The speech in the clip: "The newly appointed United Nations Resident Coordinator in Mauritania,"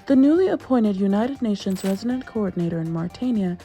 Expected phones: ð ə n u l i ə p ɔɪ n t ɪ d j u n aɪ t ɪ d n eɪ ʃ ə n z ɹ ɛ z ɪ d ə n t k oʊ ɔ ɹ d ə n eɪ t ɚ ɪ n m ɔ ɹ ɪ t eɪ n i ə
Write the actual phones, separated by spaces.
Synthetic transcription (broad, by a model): ð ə n u l i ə p ɔɪ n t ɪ d j u n aɪ t ɪ d n eɪ ʃ ə n z ɹ ɛ z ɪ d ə n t k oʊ ɔ ɹ d n eɪ t ɚ ɪ n m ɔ ɹ t eɪ n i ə